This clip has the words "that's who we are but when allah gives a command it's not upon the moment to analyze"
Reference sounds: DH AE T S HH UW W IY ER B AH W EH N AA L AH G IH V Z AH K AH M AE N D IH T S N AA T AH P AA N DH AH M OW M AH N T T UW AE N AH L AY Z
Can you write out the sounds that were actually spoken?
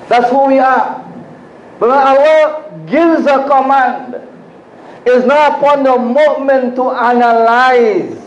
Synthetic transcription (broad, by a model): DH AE T S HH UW W IY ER B AH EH AA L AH G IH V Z AH K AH M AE N D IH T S N AA T AH P AA N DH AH M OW M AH N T T UW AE N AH L AY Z